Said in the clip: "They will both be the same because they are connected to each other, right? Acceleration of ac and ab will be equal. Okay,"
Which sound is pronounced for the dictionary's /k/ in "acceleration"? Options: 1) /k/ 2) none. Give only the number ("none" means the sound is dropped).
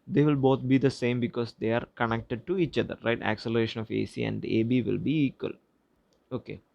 1